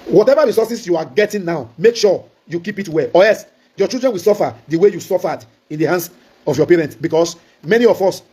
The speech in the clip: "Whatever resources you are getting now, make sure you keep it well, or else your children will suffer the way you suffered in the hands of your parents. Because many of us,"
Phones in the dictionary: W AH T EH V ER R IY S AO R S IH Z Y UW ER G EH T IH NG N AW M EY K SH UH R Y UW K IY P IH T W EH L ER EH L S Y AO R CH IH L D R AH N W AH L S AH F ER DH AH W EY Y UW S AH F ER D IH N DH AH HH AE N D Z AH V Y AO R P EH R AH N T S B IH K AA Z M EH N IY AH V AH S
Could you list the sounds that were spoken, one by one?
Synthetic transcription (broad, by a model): W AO T EH V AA R IY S AO S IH S Y UW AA G EH T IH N N AW M EY K SH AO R Y UW K IY P IH T W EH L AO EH S Y AO CH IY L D R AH N W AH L S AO F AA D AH W EY Y UW S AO F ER D IH N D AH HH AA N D S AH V Y AO P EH R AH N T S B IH K AA S M EH N IY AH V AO S